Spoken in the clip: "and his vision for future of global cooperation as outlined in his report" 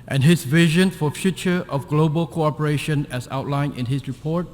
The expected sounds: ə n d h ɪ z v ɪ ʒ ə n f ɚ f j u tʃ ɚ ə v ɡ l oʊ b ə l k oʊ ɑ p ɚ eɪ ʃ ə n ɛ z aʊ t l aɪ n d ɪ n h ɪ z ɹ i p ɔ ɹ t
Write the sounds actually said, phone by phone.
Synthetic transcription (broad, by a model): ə n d h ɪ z v ɪ ʒ ə n f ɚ f j u tʃ ɚ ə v ɡ l oʊ b ə l k oʊ ɑ p ɚ eɪ ʃ ə n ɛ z aʊ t l aɪ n ɪ n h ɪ s ɹ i p ɔ ɹ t